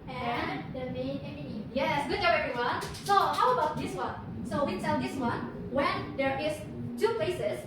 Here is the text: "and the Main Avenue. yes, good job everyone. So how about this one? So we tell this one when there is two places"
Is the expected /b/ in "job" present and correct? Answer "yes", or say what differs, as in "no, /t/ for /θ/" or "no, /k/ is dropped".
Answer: no, /b/ is dropped